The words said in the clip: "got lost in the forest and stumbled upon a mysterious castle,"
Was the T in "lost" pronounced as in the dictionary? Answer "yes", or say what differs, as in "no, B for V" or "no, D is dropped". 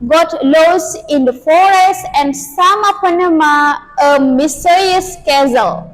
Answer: no, T is dropped